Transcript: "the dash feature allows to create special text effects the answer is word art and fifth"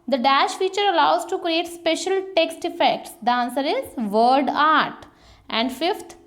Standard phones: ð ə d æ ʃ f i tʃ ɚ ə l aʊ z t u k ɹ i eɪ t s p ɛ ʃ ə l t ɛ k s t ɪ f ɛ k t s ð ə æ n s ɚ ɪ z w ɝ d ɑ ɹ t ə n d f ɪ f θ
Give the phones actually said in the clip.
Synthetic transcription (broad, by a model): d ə d æ ʃ f i tʃ ɚ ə l aʊ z t u k ɹ i eɪ t s p ɛ ʃ ə l t ɛ k s t ɪ f ɛ k t s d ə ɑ n s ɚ ɪ z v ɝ d ɑ ɹ t ə n d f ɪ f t